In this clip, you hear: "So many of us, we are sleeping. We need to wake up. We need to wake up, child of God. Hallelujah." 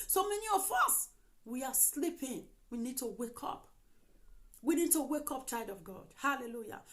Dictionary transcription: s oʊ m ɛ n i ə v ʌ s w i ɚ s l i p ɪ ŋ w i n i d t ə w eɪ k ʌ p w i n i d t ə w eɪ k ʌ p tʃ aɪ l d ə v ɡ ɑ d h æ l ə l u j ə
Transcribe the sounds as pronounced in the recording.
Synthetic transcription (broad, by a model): s oʊ m ɛ n i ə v ʌ s w i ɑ s l i p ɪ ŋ w i n i d t ə w eɪ k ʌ p w i n i d t ə w eɪ k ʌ p tʃ aɪ d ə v ɡ ɑ d h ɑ l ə l u j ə